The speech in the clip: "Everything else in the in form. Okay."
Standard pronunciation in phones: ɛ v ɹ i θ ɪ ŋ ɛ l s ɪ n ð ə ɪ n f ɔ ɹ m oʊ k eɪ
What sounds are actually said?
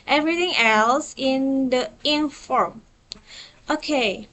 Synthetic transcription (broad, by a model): ɛ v ɹ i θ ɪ ŋ ɛ l s ɪ n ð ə ɪ n f ɔ ɹ m oʊ k eɪ